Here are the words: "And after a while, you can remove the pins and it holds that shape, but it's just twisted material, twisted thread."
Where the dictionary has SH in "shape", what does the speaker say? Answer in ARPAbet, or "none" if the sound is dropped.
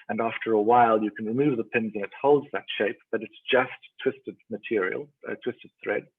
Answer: SH